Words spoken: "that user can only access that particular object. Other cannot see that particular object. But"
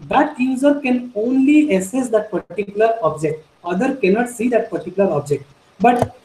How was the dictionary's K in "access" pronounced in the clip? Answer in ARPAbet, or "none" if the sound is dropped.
none